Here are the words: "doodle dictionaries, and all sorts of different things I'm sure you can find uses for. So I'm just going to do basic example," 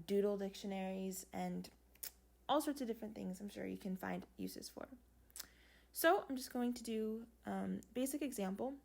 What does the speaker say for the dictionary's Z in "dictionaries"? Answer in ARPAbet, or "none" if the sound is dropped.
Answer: Z